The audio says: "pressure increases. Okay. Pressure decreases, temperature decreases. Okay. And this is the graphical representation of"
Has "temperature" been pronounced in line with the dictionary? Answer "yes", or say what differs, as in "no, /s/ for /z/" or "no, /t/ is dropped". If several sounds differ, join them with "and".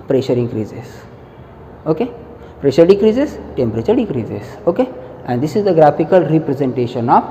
yes